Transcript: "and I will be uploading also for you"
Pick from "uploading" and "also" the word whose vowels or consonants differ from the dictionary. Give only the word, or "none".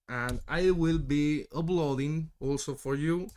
uploading